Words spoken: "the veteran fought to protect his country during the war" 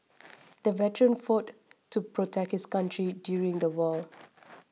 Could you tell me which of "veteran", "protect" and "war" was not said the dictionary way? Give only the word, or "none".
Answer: war